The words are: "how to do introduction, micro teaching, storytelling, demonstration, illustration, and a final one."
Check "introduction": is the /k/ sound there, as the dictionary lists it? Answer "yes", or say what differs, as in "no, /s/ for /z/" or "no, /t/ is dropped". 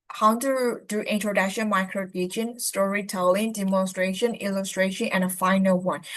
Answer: yes